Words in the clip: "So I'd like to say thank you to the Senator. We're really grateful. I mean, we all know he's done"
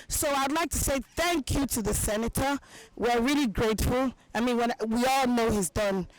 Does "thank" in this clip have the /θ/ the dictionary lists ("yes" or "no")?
yes